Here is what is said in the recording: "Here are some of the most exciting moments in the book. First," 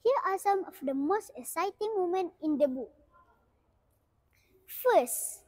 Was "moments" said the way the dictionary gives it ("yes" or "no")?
no